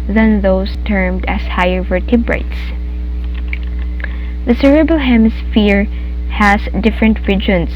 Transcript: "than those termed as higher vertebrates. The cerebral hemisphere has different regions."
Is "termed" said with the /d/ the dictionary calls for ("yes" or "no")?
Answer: yes